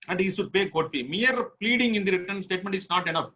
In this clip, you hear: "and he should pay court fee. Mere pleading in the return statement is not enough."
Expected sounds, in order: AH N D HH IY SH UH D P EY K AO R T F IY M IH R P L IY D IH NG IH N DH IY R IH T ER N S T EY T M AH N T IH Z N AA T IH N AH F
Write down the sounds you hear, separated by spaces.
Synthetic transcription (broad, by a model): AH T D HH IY S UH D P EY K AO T F IY M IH R P L IY D IH NG IH N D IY R IH T ER N S T EY T M AH N T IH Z N AA T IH N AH F